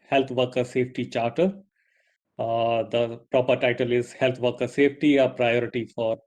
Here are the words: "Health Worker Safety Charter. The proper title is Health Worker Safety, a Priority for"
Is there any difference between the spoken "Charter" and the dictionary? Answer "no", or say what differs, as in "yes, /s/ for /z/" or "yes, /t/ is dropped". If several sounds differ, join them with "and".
no